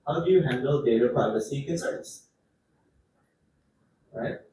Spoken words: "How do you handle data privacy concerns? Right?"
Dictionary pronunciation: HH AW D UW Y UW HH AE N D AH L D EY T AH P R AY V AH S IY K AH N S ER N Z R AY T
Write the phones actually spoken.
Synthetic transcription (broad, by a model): HH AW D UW Y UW HH AE N D AH L D EY T AH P AY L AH S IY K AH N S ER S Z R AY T